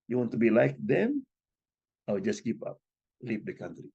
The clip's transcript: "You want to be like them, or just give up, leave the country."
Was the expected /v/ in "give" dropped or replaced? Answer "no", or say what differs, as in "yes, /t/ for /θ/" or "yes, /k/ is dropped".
yes, /p/ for /v/